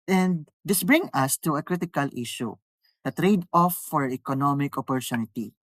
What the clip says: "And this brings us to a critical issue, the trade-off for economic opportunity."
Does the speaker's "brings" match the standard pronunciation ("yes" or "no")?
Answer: no